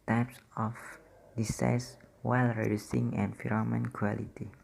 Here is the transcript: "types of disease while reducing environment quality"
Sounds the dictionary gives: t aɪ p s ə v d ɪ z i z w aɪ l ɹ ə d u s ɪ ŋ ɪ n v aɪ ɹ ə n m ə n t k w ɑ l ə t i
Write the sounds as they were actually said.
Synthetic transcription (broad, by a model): t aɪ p s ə f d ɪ s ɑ s w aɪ l ɹ ə d u s ɪ ŋ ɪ n f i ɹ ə m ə n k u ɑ l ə t i